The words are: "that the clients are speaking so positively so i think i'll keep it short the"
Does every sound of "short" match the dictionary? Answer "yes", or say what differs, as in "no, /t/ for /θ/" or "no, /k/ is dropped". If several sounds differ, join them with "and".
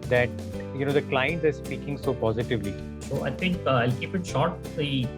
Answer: yes